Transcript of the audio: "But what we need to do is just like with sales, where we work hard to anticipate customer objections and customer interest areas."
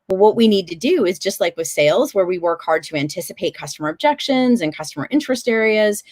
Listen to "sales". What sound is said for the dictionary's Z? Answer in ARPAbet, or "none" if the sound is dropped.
Z